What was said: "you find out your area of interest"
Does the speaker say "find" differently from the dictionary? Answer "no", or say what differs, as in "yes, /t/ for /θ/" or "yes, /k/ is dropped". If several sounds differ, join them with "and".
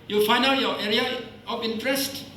yes, /d/ is dropped